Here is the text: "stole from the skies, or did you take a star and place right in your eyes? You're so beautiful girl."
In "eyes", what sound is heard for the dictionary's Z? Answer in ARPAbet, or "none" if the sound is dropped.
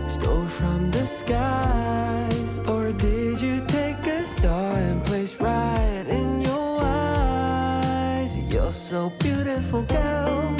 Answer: Z